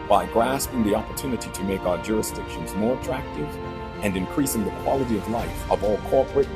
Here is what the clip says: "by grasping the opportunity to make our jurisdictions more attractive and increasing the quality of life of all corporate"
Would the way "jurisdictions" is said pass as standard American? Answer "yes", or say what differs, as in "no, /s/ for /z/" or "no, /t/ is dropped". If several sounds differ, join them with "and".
yes